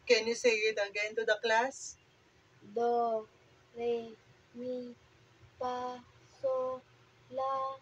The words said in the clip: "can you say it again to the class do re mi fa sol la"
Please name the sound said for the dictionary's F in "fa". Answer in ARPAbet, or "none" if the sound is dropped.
P